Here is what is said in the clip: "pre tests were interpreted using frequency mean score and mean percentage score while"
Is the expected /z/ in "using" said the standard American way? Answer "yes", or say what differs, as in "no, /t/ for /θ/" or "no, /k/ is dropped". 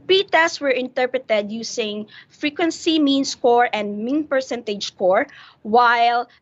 no, /s/ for /z/